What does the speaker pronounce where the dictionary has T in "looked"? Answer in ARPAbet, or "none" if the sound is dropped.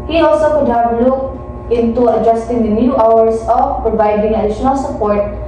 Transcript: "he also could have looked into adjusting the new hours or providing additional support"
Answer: none